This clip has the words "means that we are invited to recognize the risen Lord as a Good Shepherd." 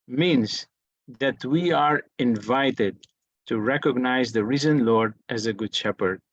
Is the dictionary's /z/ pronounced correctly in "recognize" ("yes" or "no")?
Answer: yes